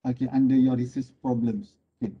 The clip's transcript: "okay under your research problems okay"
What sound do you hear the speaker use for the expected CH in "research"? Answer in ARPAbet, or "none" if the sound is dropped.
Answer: S